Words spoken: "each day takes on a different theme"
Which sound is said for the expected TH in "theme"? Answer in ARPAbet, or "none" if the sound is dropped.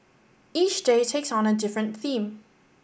TH